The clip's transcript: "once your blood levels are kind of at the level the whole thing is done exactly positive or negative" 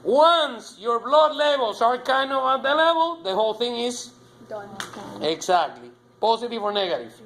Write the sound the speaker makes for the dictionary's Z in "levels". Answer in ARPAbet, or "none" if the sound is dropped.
S